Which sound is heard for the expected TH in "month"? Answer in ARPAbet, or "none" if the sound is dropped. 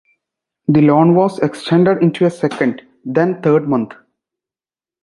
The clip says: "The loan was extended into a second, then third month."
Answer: T